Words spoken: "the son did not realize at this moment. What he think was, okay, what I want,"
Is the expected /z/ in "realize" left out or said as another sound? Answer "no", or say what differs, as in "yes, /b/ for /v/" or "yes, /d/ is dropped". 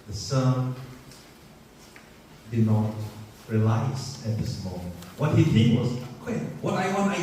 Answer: yes, /s/ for /z/